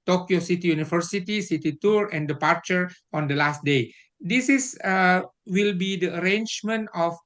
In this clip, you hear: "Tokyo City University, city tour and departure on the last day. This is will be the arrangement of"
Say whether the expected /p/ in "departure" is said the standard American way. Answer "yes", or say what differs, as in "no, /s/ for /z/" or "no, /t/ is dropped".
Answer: yes